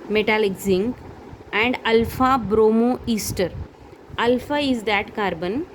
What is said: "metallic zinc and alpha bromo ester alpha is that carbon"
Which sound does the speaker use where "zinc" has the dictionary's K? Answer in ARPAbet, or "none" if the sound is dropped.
none